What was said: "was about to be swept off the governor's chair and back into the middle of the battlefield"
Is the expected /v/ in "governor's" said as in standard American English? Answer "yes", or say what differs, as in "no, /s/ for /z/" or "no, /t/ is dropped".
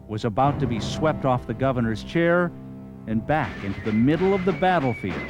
yes